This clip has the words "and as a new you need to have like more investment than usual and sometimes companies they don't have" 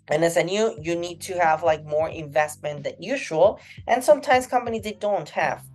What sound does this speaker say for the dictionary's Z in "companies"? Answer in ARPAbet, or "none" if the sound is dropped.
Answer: Z